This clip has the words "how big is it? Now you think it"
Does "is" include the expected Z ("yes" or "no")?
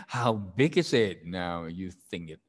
yes